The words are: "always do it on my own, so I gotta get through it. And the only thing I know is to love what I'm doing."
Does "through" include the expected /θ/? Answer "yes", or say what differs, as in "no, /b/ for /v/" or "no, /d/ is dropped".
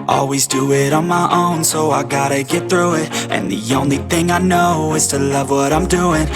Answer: yes